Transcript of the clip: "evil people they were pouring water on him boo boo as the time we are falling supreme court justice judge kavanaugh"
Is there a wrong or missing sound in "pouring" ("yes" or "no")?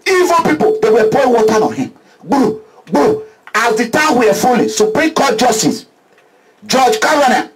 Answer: yes